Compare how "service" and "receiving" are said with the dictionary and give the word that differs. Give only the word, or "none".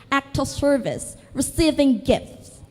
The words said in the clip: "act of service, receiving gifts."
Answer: none